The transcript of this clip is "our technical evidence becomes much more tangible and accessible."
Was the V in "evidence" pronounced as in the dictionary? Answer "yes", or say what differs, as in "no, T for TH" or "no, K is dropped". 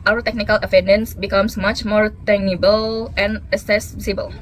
no, F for V